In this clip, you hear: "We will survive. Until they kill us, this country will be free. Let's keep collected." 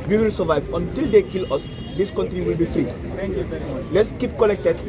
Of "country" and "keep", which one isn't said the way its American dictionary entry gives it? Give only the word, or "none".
none